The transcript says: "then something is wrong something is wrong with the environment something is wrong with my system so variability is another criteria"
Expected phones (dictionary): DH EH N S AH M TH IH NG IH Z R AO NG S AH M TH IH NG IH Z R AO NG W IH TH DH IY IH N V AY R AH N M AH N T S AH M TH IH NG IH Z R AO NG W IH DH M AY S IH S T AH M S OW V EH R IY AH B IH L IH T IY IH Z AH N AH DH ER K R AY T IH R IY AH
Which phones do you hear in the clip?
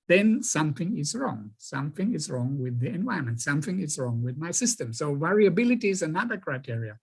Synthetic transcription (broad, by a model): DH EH N S AH M TH IH NG IH Z R AO NG S AH M TH IH NG IH Z R AO NG W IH DH IY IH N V AY AH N M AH N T S AH M TH IH NG IH Z R AO NG W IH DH M AY S IH S T AH M S OW V EH R IY AH B IH L IH T IY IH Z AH N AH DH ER K R AY T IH R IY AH